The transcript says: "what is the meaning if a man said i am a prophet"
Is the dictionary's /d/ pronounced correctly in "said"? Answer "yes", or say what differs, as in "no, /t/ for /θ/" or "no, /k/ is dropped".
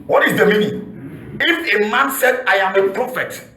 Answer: yes